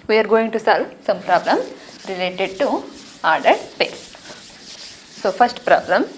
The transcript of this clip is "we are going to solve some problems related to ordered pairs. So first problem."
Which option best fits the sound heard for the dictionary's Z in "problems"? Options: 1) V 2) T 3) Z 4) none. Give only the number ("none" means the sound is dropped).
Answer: 4